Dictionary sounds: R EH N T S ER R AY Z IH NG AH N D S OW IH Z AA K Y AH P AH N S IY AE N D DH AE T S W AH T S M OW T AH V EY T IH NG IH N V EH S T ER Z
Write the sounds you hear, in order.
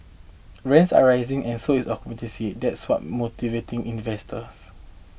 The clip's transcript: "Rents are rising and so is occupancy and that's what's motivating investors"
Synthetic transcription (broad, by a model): R EH N T S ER R AY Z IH NG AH N S OW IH S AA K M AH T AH S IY D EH T S W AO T M OW T AH V EY T IH NG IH N V EH S T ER S